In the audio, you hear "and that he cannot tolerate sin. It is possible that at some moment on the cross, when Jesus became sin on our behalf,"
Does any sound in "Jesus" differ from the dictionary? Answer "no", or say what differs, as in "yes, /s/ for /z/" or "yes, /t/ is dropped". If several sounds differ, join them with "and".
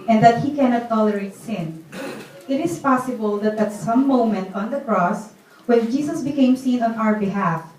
yes, /s/ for /z/